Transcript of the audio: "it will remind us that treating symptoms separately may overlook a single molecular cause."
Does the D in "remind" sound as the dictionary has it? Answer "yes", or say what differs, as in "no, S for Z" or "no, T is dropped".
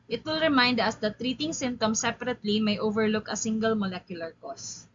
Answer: yes